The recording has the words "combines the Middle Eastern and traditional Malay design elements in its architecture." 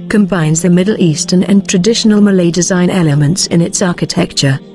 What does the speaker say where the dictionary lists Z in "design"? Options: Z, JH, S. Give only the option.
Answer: Z